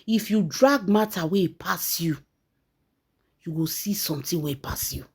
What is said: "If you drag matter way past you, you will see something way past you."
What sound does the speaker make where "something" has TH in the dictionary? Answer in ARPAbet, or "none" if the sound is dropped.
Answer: T